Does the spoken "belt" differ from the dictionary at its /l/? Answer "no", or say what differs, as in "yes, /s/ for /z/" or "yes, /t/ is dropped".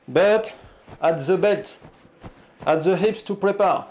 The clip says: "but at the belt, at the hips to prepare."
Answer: yes, /l/ is dropped